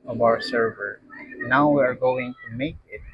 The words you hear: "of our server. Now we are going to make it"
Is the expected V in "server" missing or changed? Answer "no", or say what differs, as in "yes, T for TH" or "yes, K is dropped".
no